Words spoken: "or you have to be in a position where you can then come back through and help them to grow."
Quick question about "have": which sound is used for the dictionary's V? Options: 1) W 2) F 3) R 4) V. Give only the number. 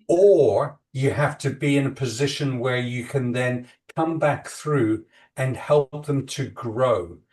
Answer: 2